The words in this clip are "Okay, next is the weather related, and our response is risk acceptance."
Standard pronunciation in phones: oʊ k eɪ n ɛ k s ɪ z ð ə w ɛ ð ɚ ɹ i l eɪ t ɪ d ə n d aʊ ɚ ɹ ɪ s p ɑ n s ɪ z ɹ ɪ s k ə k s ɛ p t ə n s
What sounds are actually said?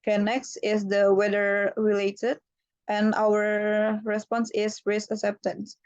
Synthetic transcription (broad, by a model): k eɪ n ɛ k s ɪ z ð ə w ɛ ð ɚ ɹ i l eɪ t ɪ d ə n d aʊ ɚ ɹ ɪ s p ɑ n s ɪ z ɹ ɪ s ə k s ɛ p t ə n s